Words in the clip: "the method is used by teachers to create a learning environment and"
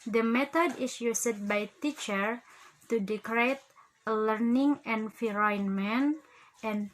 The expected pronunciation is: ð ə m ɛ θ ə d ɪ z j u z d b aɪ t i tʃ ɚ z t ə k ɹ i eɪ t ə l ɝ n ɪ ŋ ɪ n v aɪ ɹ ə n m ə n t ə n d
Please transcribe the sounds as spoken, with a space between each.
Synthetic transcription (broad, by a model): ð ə m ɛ t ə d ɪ s j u s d b aɪ t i tʃ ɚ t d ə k ɹ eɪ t ə l ɝ n ɪ ŋ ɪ n f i ɹ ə n m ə n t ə n